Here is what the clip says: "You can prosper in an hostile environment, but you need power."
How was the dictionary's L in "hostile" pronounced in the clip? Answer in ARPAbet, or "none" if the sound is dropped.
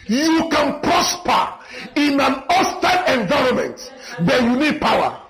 N